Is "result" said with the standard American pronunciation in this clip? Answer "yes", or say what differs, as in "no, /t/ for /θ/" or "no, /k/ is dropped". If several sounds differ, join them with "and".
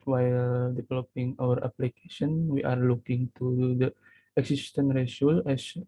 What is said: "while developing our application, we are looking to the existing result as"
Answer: no, /s/ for /z/ and /t/ is dropped